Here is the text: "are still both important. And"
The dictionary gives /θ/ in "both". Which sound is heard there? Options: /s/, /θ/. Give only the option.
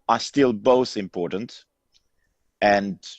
/θ/